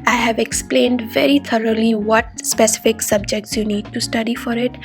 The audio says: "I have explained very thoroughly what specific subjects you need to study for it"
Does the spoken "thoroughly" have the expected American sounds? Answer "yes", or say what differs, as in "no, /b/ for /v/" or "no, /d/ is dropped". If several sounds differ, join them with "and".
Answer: no, /t/ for /θ/